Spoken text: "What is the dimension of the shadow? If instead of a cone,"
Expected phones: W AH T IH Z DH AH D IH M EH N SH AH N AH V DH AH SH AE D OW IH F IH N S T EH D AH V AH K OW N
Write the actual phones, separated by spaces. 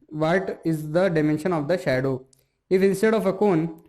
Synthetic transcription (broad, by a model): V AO T IH Z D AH D IH M EH N SH AH N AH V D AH SH AE D OW IH F IH N S T EH D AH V AH K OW N